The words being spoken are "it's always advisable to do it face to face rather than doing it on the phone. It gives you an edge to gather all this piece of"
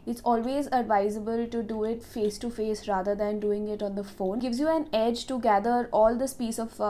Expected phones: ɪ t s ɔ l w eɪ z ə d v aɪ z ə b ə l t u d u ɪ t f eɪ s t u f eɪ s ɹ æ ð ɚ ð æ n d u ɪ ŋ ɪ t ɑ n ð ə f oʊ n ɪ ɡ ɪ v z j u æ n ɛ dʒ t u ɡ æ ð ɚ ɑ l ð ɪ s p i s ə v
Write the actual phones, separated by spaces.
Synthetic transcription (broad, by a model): ɪ t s ɔ l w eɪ z ə d v aɪ z ə b ə l t u d u ɪ t f eɪ s t u f eɪ s ɹ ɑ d ɚ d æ n d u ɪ ŋ ɪ t ɑ n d ə f oʊ n ɡ ɪ v z j u æ n ɛ dʒ t u ɡ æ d ɚ ɑ l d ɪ s p i s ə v